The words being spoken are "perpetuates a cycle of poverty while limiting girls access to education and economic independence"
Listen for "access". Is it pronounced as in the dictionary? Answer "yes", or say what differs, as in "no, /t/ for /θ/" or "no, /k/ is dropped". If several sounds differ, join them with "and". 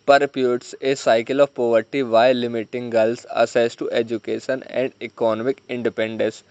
no, /k/ is dropped